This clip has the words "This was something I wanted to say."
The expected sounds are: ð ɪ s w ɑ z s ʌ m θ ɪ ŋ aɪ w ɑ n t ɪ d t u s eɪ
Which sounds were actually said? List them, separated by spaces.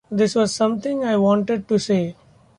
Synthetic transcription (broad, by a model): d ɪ s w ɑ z s ʌ m t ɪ ŋ aɪ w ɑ n t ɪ d t u s eɪ